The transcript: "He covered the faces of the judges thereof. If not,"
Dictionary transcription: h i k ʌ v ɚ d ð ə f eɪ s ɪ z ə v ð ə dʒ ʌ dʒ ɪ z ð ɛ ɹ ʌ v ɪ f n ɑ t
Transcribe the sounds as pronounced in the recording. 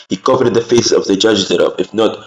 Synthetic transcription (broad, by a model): h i k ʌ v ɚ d ð ə f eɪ ɪ s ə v ð ə dʒ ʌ dʒ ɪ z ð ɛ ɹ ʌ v ɪ f n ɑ t